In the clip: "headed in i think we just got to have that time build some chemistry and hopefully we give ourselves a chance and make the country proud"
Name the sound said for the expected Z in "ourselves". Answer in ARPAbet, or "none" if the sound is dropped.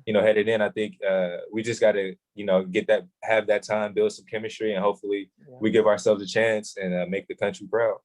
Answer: Z